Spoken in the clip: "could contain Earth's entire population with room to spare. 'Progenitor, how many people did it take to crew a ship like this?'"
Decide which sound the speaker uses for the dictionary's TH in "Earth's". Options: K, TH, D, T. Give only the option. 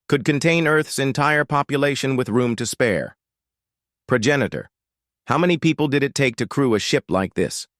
TH